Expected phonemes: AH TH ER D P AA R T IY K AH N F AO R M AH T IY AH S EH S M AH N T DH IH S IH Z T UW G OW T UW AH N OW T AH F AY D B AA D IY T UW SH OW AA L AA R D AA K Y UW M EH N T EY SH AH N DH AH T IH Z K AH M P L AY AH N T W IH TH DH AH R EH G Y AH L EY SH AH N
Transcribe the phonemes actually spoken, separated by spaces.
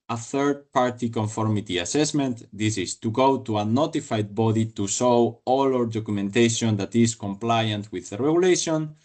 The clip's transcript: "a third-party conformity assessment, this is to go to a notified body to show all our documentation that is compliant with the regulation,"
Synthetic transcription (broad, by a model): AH TH ER D P AA R T IY K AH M F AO R M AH T IY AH S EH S M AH N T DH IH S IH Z T UW G OW T UW AH N OW T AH F AY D B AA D IY T UW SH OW AA L AA R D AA K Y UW M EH N T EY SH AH N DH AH T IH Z K AH M P L AY AH N T W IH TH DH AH R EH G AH L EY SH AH N